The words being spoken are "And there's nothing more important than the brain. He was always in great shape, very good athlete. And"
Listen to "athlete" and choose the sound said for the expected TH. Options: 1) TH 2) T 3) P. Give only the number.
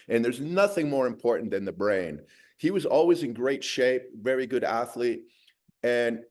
1